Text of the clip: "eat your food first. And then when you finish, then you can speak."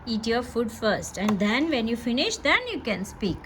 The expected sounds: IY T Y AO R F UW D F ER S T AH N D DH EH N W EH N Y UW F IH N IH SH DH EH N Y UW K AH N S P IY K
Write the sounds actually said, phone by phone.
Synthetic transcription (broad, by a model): IY T Y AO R F UW D F ER S T AH N D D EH N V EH N Y UW F IH N IH SH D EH N Y UW K AH N S P IY K